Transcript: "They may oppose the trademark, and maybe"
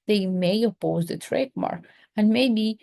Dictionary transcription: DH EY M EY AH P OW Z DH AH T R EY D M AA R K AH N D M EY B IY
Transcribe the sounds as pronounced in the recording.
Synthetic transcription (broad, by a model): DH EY M EY AH P OW Z DH AH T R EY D M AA R AH N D M EY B IY